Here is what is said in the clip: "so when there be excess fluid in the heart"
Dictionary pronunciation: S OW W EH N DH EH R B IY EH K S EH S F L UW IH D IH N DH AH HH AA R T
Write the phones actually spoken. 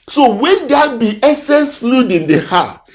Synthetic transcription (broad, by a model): S OW W EH N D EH B IY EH S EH S F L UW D IH N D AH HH AA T